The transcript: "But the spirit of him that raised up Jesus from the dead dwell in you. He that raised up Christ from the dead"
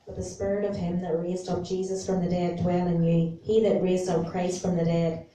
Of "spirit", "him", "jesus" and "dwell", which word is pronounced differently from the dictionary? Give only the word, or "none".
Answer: none